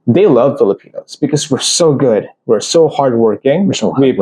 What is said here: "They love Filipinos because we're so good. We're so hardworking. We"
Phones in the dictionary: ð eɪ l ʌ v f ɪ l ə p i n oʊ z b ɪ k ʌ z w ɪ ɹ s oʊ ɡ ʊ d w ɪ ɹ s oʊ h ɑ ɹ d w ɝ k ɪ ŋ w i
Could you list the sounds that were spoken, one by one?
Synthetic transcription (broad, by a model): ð eɪ l ʌ v f ɪ l ə p i n oʊ z b ɪ k ʌ z w ɪ ɹ s oʊ ɡ ʊ d w ɪ ɹ s oʊ h ɑ ɹ d w ɝ k ɪ ŋ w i